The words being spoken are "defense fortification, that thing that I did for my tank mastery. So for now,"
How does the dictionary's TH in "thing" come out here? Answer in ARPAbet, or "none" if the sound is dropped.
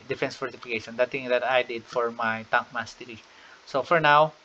T